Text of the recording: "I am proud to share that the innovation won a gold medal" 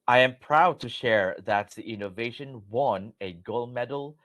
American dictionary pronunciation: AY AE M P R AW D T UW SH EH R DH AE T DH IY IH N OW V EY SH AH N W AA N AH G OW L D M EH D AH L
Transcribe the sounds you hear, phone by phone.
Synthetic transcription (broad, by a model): AY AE M P R AW D T UW SH EH R DH AE T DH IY IH N OW V EY SH AH N W AA N AH G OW L M EH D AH L